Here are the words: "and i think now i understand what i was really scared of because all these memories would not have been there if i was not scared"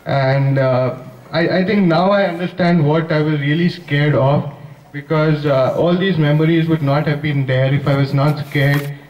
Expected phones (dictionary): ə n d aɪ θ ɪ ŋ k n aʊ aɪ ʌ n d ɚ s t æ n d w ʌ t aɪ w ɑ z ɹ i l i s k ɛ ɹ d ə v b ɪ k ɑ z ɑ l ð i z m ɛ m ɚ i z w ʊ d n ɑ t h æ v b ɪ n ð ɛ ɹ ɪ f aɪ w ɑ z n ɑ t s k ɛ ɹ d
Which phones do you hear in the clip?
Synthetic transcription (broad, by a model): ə n d aɪ t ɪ ŋ k n aʊ aɪ ʌ n d ɚ s t æ n d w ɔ t aɪ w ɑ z ɹ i l i s k ɛ ɹ d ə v b ɪ k ɑ z ɑ l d i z m ɛ m ɚ i z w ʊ d n ɑ t h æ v b ɪ n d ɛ ɹ ɪ f aɪ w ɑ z n ɑ t s k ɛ ɹ d